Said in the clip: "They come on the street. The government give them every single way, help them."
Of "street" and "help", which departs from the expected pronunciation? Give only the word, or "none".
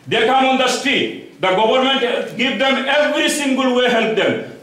street